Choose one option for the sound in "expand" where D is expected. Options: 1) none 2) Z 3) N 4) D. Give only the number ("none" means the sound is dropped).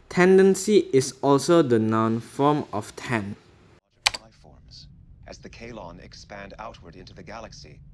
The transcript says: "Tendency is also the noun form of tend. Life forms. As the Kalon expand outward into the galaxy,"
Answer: 4